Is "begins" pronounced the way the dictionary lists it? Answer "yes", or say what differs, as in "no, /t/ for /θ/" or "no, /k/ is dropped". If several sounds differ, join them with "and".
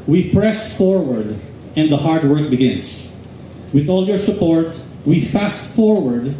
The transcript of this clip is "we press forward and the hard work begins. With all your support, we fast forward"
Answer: no, /s/ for /z/